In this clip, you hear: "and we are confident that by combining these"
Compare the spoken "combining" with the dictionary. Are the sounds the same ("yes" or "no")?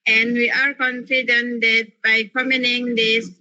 no